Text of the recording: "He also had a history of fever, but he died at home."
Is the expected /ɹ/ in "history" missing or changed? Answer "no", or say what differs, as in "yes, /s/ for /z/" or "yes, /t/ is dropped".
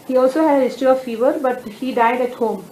yes, /ɹ/ is dropped